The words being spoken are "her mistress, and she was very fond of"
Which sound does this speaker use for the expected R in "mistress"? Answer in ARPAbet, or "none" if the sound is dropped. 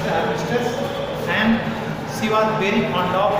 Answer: none